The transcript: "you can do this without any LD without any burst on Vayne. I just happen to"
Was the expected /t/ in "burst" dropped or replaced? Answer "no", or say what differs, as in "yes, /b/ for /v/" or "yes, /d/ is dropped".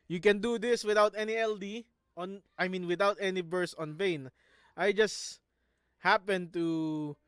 yes, /t/ is dropped